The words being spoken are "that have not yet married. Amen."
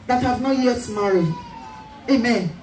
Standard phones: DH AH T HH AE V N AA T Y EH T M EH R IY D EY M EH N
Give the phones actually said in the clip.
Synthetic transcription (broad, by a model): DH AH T HH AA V N AA T Y EH T M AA R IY EY M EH N